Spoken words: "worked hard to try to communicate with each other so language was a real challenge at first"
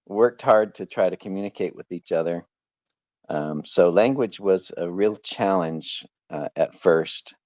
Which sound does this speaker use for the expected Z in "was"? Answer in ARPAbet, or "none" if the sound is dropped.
Z